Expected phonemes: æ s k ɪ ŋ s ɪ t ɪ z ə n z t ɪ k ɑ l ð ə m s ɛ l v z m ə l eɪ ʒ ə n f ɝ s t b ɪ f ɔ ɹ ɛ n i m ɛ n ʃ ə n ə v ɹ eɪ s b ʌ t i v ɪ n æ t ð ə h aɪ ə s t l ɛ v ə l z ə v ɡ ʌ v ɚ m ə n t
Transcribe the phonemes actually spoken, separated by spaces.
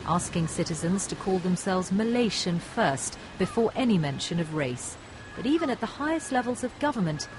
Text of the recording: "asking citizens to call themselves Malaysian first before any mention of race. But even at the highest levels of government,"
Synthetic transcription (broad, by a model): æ s k ɪ ŋ s ɪ t ɪ z ə n z t ɪ k ɑ l ð ə m s ɛ l v z m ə l eɪ ʃ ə n f ɝ s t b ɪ f ɔ ɹ ɛ n i m ɛ n ʃ ə n ə v ɹ eɪ s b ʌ t i v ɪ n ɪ t ð ə h aɪ ə s t l ɛ v ə l z ə v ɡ ʌ v ɚ m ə n t